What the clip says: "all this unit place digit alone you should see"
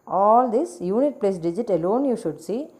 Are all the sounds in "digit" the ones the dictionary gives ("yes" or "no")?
yes